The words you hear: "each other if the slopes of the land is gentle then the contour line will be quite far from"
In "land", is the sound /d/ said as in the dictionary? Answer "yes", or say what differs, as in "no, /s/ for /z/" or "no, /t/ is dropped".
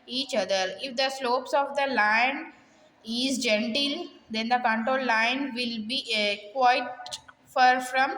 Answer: no, /d/ is dropped